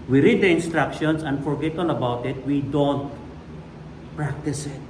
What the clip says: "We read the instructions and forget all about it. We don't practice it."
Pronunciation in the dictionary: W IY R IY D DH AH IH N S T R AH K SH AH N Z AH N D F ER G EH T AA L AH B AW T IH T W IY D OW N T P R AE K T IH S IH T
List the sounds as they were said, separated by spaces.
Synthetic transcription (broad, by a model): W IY R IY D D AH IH N S T R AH K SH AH N S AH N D F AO G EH T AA N AH B AW T IH T W IY D OW N T P R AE K T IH S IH T